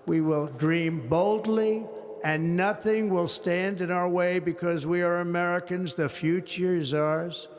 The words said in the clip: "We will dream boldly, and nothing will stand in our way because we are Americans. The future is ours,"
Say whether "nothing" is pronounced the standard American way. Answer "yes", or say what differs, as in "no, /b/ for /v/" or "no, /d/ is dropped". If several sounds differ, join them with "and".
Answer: yes